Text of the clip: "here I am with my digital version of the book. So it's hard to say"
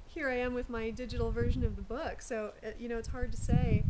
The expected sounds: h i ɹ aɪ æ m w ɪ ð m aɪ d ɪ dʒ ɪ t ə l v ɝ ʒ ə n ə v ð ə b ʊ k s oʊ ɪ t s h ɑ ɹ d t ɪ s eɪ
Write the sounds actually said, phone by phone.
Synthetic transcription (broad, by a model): h i ɹ aɪ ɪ m w ɪ ð m aɪ d ɪ dʒ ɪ t l v ɝ ʒ ə n ə v ð ə b ʊ k s oʊ ɪ t s h ɑ ɹ d t ɪ s eɪ